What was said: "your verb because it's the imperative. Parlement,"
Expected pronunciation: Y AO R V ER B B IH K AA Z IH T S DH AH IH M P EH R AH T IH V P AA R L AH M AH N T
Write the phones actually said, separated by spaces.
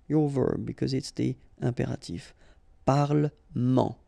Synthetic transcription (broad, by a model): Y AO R V ER B B IH K AA Z IH T S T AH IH P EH R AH T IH F P AA R L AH M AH